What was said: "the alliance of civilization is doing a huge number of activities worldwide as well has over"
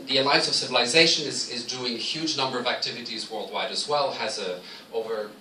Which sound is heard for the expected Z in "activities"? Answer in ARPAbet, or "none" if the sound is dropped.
Z